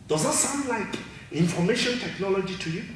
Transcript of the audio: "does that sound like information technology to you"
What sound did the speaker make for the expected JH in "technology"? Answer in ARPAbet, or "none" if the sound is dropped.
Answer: JH